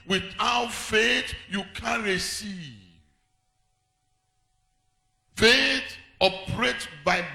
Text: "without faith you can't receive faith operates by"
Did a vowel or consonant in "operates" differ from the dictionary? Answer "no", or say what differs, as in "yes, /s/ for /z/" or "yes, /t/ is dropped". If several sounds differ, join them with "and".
yes, /s/ is dropped